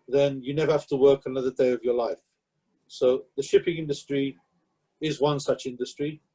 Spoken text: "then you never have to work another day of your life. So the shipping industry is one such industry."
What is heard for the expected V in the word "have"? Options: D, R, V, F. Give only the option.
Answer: F